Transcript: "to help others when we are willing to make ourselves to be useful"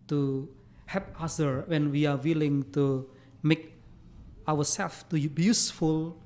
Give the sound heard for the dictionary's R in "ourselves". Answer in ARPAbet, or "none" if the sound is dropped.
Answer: W